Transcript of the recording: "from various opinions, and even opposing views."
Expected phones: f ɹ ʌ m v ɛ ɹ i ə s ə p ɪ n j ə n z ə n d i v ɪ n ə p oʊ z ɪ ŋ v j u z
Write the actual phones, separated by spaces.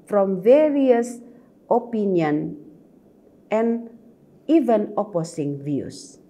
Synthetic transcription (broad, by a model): f ɹ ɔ m v ɛ ɹ i ə s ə p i n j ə n ə n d i v ɪ n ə p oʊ s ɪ ŋ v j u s